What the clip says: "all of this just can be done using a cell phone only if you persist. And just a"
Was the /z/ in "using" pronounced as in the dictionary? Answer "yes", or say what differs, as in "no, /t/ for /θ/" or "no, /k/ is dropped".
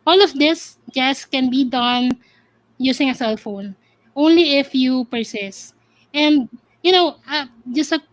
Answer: no, /s/ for /z/